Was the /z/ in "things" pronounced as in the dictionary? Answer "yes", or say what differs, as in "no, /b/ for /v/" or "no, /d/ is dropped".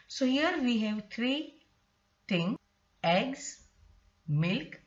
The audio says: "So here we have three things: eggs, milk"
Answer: no, /z/ is dropped